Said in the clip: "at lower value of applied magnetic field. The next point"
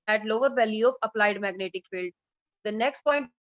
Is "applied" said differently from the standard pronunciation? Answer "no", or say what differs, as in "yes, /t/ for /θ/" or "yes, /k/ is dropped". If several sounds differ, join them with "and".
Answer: no